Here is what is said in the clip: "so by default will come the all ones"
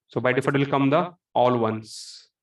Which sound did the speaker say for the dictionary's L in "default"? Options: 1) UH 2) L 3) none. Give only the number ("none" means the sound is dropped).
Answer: 3